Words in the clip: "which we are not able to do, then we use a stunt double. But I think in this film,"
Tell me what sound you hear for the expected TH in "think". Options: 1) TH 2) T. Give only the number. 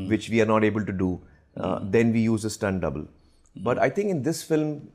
2